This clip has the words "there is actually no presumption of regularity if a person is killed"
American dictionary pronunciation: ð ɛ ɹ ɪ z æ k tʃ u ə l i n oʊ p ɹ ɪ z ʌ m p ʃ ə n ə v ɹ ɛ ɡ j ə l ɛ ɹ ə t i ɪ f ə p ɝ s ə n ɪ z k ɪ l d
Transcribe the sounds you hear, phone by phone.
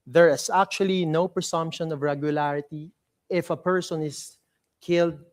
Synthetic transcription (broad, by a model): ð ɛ ɹ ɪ s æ k tʃ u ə l i n oʊ p ɹ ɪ s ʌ m p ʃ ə n ə v ɹ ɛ ɡ j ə l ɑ ɹ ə t i ɪ f ə p ɝ s ə n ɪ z k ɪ l d